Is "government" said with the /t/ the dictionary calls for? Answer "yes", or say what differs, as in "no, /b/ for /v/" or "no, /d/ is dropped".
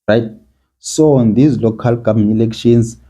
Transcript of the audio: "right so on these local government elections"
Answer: no, /t/ is dropped